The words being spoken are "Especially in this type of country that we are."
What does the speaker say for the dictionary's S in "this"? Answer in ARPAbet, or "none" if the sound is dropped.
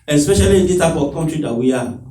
none